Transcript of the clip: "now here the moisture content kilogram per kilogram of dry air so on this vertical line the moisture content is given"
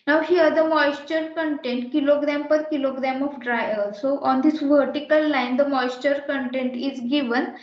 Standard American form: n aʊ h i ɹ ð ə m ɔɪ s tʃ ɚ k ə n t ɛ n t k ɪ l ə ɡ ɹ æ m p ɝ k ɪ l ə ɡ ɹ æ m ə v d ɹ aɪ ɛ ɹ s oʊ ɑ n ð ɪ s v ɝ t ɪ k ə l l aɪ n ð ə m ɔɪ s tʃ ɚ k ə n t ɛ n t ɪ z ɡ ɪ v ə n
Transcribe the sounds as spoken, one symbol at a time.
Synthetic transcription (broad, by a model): n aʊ h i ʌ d ə m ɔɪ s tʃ ɚ k ə n t ɛ n t k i l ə ɡ ɹ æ m p ɝ k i l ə ɡ ɹ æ m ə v d ɹ aɪ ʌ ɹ s oʊ ɑ n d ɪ s v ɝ t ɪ k ə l l aɪ n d ə m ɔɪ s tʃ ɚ k ə n t ɛ n t ɪ z ɡ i v ə n